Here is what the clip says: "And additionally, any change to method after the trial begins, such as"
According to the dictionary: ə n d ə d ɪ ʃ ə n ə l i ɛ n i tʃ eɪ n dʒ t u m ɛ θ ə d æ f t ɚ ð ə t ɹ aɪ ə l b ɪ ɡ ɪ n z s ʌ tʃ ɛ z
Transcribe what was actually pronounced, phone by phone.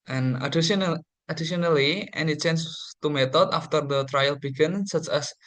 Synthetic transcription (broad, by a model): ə n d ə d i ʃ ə n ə l i ɛ n i tʃ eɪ n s t u m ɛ t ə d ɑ f t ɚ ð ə t ɹ aɪ ə l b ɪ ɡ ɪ n s ʌ tʃ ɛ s